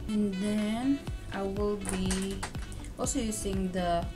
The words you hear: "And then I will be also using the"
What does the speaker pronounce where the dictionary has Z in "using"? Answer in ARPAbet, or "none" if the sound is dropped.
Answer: S